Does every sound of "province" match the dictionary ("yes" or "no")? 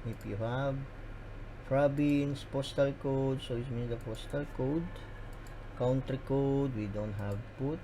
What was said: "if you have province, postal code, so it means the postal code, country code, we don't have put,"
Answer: no